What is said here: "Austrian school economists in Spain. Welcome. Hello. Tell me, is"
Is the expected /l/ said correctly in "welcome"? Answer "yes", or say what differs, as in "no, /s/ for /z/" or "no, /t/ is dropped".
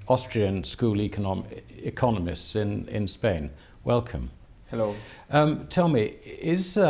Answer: yes